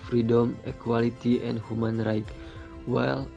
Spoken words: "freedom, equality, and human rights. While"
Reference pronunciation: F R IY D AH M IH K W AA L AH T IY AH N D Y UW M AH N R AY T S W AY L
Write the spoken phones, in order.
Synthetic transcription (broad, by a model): F R IY D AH M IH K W AA L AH T IY AH N D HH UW M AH N R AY T W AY L